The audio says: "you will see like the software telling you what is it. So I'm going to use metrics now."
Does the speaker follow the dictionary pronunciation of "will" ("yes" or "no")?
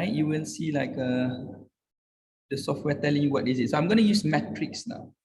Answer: no